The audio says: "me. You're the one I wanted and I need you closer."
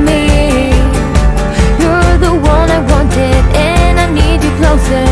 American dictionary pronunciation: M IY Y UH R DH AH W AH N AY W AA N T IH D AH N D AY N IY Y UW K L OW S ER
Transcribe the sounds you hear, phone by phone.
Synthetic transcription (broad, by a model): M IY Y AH R DH AH W AH N AY W AA N T IH D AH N AY N IY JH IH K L OW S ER